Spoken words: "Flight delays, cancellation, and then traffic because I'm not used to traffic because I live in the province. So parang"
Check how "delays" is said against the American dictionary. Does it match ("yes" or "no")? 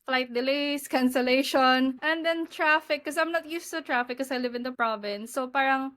no